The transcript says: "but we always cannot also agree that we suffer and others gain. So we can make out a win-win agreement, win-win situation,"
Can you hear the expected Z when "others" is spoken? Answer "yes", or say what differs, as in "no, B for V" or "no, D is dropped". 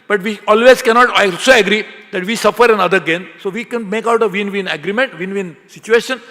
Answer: no, Z is dropped